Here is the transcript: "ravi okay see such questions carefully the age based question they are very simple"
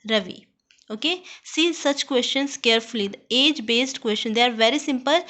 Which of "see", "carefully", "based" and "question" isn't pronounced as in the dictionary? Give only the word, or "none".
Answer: none